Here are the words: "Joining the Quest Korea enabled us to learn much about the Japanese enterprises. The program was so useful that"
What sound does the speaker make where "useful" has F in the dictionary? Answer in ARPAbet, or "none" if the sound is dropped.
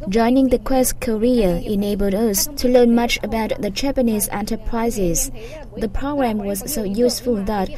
F